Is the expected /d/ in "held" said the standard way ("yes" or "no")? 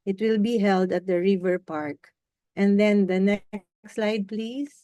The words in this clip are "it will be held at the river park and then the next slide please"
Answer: yes